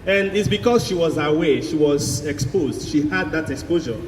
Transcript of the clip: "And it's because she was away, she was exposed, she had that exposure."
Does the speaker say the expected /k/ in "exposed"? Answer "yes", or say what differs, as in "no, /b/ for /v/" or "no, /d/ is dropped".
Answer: yes